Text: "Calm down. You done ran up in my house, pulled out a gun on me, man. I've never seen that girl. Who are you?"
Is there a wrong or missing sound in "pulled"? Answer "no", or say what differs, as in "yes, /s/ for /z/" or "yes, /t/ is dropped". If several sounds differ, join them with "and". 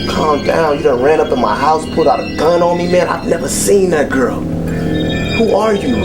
yes, /l/ is dropped